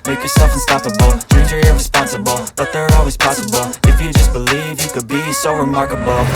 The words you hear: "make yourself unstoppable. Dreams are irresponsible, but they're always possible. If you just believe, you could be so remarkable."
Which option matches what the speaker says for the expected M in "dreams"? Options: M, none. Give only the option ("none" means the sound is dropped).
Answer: none